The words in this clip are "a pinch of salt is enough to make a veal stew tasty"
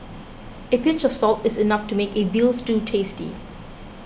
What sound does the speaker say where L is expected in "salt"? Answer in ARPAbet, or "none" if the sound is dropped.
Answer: L